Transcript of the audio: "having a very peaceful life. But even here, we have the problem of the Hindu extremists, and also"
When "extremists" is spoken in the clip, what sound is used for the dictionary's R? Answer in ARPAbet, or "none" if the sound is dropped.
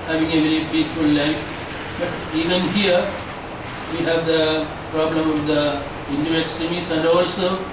none